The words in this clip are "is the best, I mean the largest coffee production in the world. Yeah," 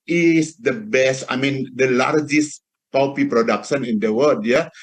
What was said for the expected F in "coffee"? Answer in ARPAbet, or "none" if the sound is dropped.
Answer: P